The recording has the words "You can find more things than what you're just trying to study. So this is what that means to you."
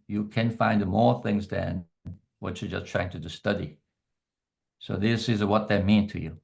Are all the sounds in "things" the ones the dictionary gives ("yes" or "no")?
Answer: yes